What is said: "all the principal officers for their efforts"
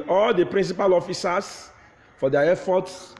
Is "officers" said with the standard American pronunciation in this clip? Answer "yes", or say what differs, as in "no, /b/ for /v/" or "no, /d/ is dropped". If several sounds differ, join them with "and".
no, /s/ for /z/